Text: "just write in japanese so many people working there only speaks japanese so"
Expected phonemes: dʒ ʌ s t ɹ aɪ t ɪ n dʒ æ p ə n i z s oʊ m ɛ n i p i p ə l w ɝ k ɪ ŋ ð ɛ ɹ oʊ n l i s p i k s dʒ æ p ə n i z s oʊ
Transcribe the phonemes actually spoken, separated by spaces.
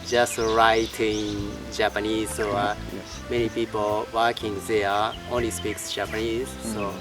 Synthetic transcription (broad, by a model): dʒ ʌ s t ɹ aɪ t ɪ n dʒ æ p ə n i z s oʊ m ɛ n i p i p ə l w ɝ k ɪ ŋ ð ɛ oʊ n l i s p i k s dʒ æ p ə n i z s oʊ